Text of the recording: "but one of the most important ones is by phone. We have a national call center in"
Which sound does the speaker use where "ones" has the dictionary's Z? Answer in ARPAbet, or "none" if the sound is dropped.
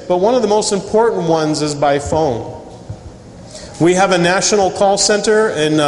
Z